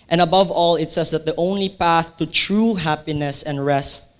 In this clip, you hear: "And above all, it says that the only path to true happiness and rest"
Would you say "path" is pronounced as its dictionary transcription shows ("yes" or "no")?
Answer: yes